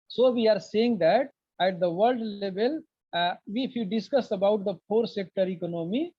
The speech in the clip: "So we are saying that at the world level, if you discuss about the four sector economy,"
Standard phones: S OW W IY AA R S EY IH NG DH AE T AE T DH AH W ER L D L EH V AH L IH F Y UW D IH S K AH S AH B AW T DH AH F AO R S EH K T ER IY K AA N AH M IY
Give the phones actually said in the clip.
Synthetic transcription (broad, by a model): S OW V IY AA R S EY IH NG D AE T AE T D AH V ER L D L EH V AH L IH F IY D IH S K AH S AH B AW T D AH P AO R S EH K T ER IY K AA N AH M IY